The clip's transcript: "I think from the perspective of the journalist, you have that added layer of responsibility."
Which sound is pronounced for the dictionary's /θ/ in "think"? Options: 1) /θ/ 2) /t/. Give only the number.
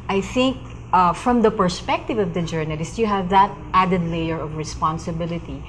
1